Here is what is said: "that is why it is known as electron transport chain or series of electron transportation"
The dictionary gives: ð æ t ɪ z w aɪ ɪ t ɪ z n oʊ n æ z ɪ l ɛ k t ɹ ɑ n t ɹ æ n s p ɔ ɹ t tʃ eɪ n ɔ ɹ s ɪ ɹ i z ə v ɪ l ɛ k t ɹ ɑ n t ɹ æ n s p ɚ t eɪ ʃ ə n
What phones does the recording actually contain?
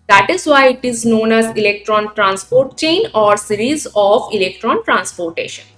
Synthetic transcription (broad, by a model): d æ t ɪ z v aɪ ɪ t ɪ z n oʊ n æ z ɪ l ɛ k t ɹ ɑ n t ɹ æ n s p ɔ ɹ t tʃ eɪ n ɔ ɹ s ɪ ɹ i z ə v ɪ l ɛ k t ɹ ɑ n t ɹ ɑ n s p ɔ t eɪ ʃ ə n